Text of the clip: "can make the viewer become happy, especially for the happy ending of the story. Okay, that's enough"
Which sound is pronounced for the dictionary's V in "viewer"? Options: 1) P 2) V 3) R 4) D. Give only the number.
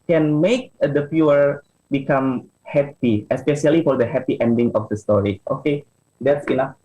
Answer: 1